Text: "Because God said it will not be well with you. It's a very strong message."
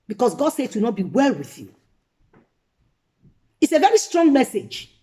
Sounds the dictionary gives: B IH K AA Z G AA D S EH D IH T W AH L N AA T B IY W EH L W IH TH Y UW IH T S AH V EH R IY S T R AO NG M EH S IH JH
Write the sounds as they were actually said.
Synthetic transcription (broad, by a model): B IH K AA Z G AA D S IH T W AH N AA T B IY W EH L W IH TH Y UW IH T S AH V EH R IY S T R AO NG M EH S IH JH